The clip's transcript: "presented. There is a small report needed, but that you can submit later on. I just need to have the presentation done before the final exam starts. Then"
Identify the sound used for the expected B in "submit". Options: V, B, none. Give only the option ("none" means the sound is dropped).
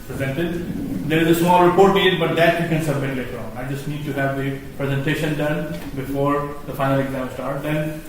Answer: B